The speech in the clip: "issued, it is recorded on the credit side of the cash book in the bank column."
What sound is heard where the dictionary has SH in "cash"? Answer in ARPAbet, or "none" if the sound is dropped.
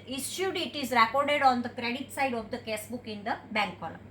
S